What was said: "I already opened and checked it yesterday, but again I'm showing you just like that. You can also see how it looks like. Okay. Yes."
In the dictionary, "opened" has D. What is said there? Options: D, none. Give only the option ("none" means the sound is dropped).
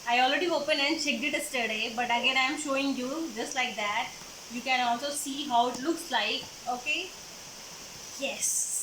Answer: none